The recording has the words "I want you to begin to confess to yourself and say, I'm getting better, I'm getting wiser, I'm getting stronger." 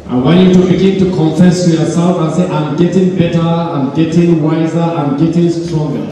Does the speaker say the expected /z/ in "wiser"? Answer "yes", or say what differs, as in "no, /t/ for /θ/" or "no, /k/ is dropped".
yes